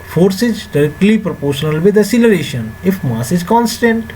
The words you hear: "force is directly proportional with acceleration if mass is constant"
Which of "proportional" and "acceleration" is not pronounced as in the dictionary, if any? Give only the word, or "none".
acceleration